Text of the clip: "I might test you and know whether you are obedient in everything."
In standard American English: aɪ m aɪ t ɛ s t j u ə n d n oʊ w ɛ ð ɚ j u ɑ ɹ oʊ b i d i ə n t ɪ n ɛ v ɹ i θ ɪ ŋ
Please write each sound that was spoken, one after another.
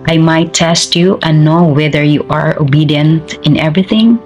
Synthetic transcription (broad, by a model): aɪ m aɪ t ɛ s t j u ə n n oʊ w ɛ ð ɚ j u ɑ ɹ oʊ b i d i ə n t ɪ n ɛ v ɹ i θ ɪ ŋ